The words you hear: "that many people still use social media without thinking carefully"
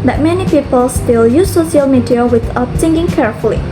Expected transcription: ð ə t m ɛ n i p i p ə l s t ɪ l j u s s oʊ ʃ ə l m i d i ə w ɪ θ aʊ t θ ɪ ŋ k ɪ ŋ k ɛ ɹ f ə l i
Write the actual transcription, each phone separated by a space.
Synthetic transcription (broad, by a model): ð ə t m ɛ n i p i p ə l s t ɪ l j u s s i ə l m i d i ə w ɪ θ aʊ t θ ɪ ŋ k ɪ ŋ k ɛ ɹ f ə l i